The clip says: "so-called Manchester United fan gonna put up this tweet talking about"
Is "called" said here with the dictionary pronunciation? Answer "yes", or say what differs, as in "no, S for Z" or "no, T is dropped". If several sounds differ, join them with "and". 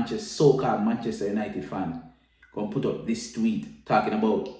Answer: no, L is dropped